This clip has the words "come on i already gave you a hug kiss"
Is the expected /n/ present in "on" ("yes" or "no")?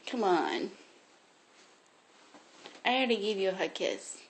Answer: yes